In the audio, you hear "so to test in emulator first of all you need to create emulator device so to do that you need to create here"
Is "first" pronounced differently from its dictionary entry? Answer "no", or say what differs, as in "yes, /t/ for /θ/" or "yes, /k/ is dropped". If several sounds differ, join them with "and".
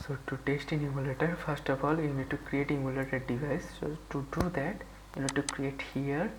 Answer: no